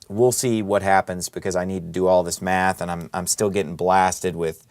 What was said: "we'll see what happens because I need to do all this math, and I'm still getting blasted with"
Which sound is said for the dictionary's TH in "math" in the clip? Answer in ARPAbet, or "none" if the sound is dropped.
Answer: TH